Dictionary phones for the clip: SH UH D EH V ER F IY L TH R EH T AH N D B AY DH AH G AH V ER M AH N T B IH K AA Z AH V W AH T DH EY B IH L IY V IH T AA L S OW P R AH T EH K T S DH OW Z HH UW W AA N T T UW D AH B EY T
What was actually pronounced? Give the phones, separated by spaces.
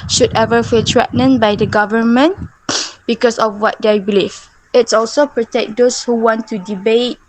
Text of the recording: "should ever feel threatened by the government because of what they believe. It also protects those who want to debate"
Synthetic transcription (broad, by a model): SH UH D EH V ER F IY L T R EH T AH N B AY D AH G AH V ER M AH N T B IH K AA S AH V W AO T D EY B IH L IY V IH T AA L S OW P R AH T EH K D OW S HH UW W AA N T T UW D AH B EY T